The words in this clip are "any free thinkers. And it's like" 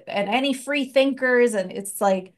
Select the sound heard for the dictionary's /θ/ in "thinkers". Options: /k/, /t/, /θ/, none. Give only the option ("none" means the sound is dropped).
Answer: /θ/